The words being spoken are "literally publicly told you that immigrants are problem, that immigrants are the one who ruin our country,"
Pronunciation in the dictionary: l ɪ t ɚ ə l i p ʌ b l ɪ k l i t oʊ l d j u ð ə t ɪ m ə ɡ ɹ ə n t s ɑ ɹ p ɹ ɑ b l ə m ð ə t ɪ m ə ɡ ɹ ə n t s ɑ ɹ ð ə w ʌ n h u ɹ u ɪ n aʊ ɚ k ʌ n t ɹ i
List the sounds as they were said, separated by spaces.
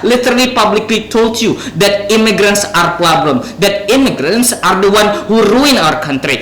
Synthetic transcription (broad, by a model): l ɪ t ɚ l i p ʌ b l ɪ k l i t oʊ l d j u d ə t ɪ m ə ɡ ɹ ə n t s ɑ ɹ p l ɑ b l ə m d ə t ɪ m ə ɡ ɹ ə n t s ɑ ɹ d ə w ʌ n h u ɹ u ɪ n aʊ ɚ k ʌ n t ɹ i